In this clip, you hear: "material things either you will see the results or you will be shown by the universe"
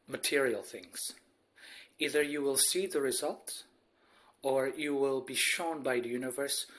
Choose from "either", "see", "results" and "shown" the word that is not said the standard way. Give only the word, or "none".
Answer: results